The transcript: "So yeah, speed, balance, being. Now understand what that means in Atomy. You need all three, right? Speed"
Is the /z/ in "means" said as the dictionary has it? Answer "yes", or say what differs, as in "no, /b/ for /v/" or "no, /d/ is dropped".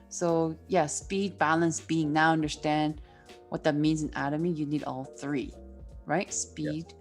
yes